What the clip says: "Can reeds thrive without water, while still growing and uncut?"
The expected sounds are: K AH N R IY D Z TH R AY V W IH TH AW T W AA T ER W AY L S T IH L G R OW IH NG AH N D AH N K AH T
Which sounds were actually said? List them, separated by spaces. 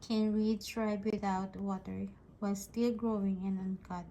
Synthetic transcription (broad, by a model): K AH N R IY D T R AY B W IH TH AW T W AA T ER W AY L S T IH L G R OW IH NG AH N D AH N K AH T